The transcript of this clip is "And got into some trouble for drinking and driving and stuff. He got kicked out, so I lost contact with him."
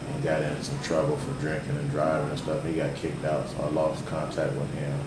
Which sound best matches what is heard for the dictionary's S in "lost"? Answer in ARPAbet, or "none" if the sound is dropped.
none